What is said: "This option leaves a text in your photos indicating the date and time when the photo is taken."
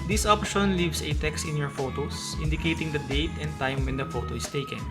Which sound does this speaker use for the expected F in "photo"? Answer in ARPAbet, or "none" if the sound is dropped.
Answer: F